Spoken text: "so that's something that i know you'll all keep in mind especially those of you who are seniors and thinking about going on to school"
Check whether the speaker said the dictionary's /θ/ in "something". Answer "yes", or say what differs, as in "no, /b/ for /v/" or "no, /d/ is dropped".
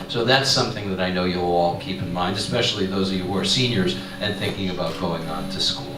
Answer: yes